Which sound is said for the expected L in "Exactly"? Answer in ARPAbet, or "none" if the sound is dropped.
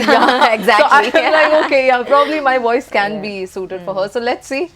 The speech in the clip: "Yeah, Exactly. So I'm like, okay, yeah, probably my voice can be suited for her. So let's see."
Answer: none